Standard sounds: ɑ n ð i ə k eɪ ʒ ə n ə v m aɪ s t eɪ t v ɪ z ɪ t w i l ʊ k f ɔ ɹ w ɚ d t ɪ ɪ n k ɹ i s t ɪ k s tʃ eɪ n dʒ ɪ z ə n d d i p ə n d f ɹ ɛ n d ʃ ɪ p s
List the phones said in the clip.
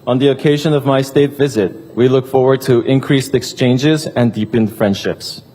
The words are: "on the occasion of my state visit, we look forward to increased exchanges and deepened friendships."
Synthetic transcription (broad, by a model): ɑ n ð i ə k eɪ ʒ ə n ə v m aɪ s t eɪ t v ɪ z ɪ t w i l ʊ k f ɔ ɹ w ɚ d t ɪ ɪ n k ɹ i s t ɪ k s tʃ eɪ n dʒ ɪ z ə n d d i p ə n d f ɹ ɛ n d ʃ ɪ p s